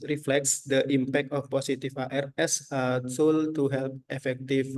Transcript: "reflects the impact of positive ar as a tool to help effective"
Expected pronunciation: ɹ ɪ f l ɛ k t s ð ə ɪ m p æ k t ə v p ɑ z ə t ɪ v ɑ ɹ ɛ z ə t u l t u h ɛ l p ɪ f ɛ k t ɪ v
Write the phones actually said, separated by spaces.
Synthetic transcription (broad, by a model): ɹ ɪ f l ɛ k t s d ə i m p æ k t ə f p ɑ s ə t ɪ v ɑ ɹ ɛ s ə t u l t u h ɛ l p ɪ f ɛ k t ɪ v